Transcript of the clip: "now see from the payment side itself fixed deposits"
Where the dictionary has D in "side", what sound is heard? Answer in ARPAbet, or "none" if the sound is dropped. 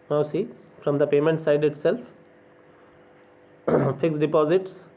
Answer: D